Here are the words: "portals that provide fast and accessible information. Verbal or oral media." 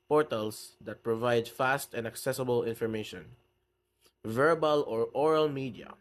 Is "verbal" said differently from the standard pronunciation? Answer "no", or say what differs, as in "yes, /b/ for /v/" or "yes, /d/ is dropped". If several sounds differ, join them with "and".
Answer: no